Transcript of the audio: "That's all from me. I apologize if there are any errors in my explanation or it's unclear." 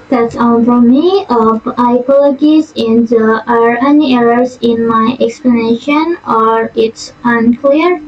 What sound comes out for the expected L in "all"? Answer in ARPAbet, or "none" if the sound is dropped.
N